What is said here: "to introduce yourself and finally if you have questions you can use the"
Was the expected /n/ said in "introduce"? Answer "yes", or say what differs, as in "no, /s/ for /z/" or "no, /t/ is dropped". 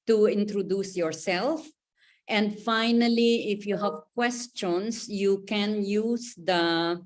yes